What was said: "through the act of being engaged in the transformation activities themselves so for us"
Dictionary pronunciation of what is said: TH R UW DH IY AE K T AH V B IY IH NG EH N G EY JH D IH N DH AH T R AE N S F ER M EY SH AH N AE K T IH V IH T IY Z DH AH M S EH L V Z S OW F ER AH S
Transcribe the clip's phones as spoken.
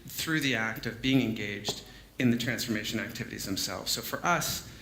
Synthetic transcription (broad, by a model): TH R UW DH IY AE K T AH V B IY IH NG EH N G EY JH D IH N DH AH T R AE N S F ER M EY SH AH N AE K T IH V IH T IY Z DH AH M S EH L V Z S OW F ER AH S